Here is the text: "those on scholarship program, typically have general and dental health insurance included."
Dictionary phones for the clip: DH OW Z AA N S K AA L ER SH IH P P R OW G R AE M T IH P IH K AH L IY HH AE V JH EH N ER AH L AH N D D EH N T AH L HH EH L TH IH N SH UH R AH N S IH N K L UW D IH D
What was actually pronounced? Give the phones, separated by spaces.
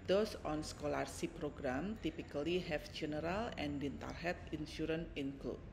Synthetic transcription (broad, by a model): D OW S AA N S K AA L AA S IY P P R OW G R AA M T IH P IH K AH L IY HH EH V JH EH N ER AH L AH N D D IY N T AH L HH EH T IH N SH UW R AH N IH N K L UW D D